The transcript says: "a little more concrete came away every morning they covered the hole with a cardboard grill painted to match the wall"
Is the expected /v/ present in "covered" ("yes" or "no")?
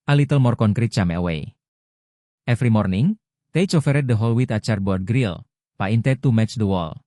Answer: no